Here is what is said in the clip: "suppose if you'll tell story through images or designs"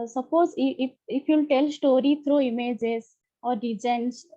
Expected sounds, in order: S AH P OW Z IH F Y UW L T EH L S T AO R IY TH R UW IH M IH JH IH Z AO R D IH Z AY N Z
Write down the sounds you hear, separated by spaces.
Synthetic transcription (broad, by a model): S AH P OW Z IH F Y UW L T EH L S T AO R IY T R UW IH M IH JH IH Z AO R D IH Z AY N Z